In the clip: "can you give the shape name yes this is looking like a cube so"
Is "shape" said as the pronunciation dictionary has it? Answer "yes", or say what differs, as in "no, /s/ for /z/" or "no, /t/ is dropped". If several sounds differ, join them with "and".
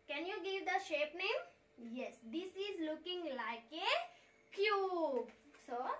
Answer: yes